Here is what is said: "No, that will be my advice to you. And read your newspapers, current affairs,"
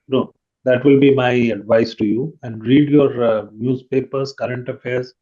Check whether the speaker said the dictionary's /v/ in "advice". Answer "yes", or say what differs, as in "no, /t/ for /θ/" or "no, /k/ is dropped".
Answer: yes